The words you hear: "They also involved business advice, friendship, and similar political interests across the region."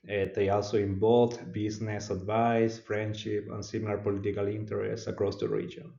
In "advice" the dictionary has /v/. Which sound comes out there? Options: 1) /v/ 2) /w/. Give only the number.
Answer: 1